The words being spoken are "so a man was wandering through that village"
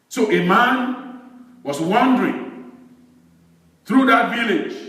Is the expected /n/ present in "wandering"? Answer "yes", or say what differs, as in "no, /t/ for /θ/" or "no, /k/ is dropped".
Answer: yes